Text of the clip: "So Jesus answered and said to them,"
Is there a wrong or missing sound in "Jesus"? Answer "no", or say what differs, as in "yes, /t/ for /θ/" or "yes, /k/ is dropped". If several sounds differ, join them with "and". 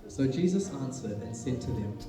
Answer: no